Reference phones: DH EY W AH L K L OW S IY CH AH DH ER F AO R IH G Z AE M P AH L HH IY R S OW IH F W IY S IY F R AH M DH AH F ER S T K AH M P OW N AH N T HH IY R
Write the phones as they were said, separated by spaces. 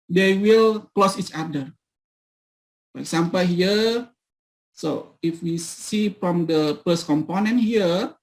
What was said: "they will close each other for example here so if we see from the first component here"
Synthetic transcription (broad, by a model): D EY W AH L K L OW S IY CH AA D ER F AO R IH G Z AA M P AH L HH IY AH S OW IH F W IY S IY F R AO M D AH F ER S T K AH M P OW N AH N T HH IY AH